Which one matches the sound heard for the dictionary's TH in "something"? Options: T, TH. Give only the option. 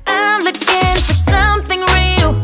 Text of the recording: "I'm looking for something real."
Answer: TH